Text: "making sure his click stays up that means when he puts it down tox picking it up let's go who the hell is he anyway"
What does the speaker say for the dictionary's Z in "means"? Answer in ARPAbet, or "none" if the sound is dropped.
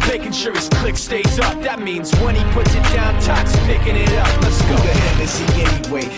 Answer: Z